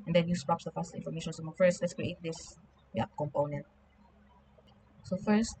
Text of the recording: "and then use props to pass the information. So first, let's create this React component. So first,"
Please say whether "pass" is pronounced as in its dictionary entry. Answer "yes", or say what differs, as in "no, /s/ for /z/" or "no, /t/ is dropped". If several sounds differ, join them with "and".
no, /f/ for /p/